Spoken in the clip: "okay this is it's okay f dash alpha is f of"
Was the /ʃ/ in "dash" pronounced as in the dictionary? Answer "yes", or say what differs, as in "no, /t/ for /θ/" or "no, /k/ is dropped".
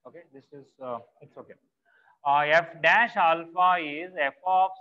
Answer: yes